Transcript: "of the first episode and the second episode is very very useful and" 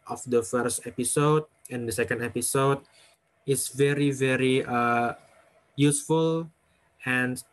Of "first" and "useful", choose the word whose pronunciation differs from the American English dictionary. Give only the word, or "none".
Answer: none